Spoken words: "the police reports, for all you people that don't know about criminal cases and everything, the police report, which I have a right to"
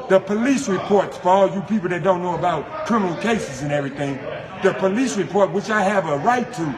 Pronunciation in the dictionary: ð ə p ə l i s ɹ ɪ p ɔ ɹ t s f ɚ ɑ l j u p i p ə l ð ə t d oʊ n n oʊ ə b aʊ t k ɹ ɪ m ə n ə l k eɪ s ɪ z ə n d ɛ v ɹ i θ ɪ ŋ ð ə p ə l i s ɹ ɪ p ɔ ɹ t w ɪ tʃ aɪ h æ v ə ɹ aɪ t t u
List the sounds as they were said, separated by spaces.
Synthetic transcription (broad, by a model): ð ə p ə l i s ɹ ɪ p ɔ ɹ t s f ɚ ɑ l j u p i p l ð ə t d oʊ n n oʊ ə b aʊ t k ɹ ɪ m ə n l k eɪ s ɪ z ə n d ɛ v ɹ i θ ɪ ŋ ð ə p ə l i s ɹ ɪ p ɔ ɹ t w ɪ tʃ aɪ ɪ v ə ɹ aɪ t t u